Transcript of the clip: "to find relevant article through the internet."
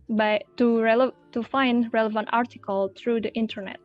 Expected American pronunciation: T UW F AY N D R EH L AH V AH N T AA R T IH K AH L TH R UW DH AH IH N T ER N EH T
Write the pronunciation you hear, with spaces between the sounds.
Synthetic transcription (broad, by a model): T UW F AY N D R EH L AH V AH N T AA R T IH K AH L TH R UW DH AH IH N T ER N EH T